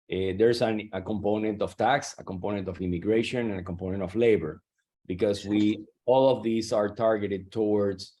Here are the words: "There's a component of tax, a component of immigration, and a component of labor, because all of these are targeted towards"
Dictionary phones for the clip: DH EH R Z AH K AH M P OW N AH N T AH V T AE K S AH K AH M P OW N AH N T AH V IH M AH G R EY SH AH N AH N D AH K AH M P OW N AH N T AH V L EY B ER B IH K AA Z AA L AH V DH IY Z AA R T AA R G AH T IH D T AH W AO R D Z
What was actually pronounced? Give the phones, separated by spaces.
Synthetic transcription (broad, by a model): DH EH R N AH K AH M P OW N AH N T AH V T AE K S AH K AH M P OW N AH N T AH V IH M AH G R EY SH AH N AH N AH K AH M P OW N AH N T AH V L EY B ER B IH K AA S AA L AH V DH IY S AA R T AA R G AH T IH D T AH W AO R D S